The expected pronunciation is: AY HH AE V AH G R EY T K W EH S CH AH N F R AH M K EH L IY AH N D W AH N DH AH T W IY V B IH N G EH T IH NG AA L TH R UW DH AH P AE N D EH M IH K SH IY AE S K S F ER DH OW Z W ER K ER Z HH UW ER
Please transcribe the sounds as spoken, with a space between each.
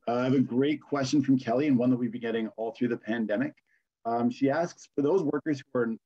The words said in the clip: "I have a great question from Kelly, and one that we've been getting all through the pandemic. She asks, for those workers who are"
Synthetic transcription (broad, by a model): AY V AH G R EY T K W EH S CH AH N F R AH M K EH L IY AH N W AH N DH AH T W IY V B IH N G EH T IH NG AA L TH R UW DH AH P AE N D EH M IH K SH IY AE S K S F ER DH OW Z W ER K ER Z HH UW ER